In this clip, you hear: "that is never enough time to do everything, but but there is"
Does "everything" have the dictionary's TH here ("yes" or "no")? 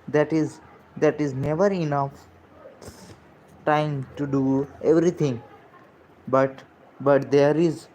no